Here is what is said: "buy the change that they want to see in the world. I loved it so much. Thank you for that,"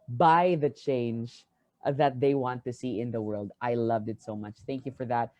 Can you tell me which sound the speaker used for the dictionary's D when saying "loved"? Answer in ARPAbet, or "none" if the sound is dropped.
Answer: D